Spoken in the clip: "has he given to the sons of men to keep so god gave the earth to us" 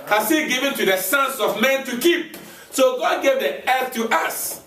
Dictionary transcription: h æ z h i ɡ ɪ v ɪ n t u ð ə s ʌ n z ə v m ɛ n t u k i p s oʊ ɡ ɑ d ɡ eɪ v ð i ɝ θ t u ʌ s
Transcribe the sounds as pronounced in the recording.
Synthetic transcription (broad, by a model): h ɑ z h i ɡ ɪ v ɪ n t u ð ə s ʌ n s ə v m ɛ n t u k i p s oʊ ɡ ɑ d ɡ eɪ v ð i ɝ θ t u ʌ s